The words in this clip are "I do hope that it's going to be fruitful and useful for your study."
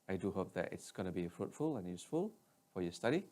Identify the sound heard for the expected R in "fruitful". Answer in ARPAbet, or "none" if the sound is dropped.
R